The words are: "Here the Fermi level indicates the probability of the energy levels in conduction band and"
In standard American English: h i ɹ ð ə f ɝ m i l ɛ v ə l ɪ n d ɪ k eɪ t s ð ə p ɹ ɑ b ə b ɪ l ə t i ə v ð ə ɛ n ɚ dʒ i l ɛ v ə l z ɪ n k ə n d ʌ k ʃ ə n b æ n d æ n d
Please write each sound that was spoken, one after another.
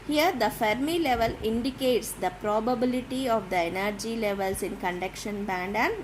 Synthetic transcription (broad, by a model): h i ɹ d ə f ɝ m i l ɛ v ə l ɪ n d ɪ k eɪ t s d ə p ɹ ɑ b ə b ɪ l ə t i ə v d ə ɛ n ɚ dʒ i l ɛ v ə l s ɪ n k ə n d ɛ k ʃ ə n b æ n d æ n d